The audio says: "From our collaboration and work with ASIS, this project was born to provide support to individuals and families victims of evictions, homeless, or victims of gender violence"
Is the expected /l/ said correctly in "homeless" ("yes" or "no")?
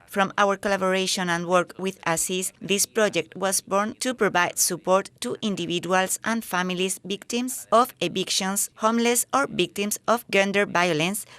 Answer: yes